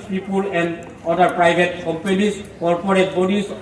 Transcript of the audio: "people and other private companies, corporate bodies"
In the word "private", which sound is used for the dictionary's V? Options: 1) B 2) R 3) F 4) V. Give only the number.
1